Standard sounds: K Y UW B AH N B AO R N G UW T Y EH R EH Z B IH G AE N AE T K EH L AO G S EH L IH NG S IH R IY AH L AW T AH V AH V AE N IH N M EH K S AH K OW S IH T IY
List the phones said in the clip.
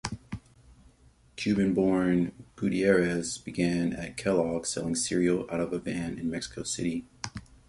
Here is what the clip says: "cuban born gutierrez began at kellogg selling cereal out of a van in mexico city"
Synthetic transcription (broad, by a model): K Y UW B AH N B AO R N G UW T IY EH R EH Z B IH G AE N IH T K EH L AO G S EH L IH NG S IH R IY L AW T AH V AH B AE N IH N M EH K S AH K OW S IH T IY